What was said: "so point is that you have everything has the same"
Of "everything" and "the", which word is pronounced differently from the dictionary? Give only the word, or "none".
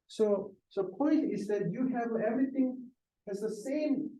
none